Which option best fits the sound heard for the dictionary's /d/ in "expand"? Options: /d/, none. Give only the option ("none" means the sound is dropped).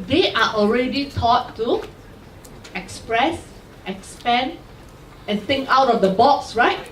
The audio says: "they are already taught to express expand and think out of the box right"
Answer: none